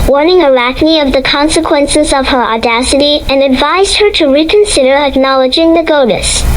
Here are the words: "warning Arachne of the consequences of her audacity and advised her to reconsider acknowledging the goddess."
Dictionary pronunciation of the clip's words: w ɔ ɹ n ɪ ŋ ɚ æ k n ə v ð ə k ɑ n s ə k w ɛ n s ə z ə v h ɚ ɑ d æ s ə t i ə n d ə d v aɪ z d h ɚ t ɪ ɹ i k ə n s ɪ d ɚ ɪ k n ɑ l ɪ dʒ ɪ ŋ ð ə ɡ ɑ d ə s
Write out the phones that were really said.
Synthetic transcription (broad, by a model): w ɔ ɹ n ɪ ŋ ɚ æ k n ə v ð ə k ɑ n s ə k w ɛ n s ə z ə v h ɚ ɑ d æ s ə t i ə n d ə d v aɪ z d h ɚ t ɪ ɹ i k ə n s ɪ d ɚ ɪ k n ɑ l ɪ dʒ ɪ ŋ ð ə ɡ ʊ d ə s